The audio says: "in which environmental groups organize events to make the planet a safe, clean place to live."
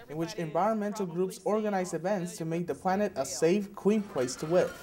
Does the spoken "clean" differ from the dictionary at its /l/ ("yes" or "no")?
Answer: yes